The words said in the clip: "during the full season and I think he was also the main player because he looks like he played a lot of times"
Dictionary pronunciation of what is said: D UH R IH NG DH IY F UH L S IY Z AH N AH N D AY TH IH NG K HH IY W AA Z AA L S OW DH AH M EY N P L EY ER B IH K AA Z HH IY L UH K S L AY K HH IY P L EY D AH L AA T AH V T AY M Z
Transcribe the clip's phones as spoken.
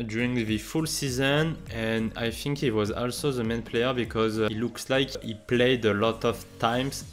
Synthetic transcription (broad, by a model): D R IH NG DH IY F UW L S IY Z AH N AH N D AY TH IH NG K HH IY W AA Z AA L S OW DH AH M EY N P L EY ER B IH K AA Z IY L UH K S L AY K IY P L EY D AH L AA T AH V T AY M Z